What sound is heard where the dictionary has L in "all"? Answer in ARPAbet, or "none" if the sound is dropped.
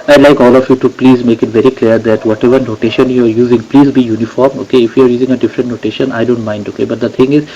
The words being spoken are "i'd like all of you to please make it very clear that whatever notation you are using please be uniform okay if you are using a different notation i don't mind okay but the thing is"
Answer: L